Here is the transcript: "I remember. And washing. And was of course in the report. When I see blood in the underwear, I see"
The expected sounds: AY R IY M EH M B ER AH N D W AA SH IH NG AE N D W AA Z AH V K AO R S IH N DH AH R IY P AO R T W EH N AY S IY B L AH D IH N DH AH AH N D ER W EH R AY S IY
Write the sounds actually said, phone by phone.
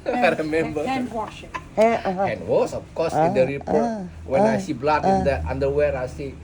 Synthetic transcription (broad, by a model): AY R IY M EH M B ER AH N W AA IH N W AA S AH F K AO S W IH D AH R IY P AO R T W EH N AY S IY B L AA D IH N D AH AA N D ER W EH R AY S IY